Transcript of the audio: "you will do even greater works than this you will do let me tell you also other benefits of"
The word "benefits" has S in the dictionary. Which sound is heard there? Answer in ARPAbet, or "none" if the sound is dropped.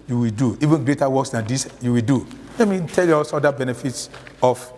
S